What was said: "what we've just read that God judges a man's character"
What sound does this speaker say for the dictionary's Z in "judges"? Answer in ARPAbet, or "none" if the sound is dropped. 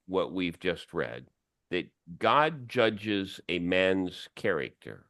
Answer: Z